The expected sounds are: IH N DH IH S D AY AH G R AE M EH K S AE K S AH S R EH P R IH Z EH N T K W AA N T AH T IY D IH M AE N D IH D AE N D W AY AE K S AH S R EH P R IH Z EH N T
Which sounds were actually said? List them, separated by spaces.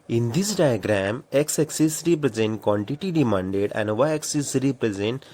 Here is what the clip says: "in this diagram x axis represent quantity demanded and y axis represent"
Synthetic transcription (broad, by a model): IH N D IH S D AY AH G R AE M EH K S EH K S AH S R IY P R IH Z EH N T K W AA N T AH T IY D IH M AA N D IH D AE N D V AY K S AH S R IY P R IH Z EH N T